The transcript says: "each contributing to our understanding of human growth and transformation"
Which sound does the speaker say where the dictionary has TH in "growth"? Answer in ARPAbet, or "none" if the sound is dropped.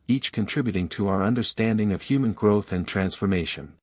TH